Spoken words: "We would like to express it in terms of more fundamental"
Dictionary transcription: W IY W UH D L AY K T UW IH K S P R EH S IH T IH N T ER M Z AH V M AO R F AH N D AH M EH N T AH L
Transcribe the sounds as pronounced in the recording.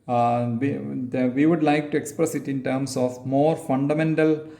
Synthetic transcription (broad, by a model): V IY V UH D L AY K T UW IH K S P R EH S IH T IH N T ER M S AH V M AO R F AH N D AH M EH N T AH L